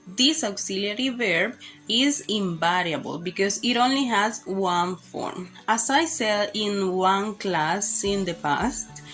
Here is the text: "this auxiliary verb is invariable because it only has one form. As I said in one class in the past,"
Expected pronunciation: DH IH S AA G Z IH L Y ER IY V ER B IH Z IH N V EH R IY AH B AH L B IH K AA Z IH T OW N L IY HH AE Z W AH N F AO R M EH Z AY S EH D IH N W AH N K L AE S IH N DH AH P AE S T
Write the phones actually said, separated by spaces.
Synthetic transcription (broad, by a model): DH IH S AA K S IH L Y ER IY V ER B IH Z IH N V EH R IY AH B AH L B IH K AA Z IH T OW N L IY HH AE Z W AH N F AO R M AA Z AY S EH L IH N W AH N K L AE S IH N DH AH P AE S T